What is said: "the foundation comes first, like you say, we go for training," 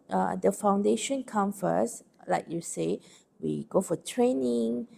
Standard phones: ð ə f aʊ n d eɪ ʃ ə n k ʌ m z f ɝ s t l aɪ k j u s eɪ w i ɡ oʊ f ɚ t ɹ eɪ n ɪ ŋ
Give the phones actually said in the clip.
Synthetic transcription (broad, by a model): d ə f aʊ n d eɪ ʃ ə n k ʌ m f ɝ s l aɪ k j u s eɪ w i ɡ oʊ f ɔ t ɹ eɪ n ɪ ŋ